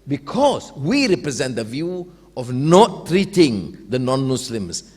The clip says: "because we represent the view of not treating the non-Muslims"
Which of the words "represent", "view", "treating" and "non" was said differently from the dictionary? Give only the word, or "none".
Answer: none